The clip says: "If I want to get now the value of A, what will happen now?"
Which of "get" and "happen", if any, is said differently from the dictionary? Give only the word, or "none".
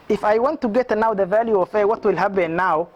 happen